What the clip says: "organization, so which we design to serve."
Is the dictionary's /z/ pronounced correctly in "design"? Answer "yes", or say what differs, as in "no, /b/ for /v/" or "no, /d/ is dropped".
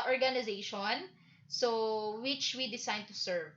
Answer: no, /s/ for /z/